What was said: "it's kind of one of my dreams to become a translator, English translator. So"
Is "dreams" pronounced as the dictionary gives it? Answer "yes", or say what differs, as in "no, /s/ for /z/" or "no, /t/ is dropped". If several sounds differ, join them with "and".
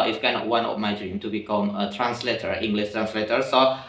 no, /z/ is dropped